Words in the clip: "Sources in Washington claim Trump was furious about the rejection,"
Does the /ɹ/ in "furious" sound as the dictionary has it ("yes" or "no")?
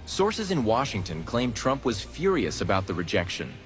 yes